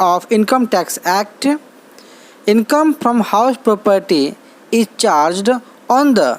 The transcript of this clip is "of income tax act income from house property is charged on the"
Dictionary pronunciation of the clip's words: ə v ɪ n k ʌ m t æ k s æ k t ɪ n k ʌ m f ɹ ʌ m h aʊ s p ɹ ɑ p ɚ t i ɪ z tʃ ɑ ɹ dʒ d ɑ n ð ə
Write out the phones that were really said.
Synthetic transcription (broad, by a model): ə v ɪ n k ʌ m t æ k s æ k t ɪ n k ʌ m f ɹ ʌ m h aʊ s p ɹ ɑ p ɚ t i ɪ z tʃ ɑ ɹ dʒ d ɑ n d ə